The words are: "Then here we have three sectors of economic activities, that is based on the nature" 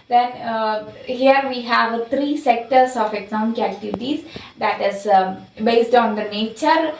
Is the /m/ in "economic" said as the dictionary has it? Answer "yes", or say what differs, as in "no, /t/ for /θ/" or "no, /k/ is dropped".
no, /m/ is dropped